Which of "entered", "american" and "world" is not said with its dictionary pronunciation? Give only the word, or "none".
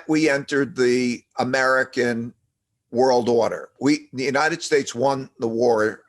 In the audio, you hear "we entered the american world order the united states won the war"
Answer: none